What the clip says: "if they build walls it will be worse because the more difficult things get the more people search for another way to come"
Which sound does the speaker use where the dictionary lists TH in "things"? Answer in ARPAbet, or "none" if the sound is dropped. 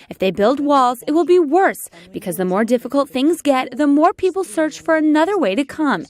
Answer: TH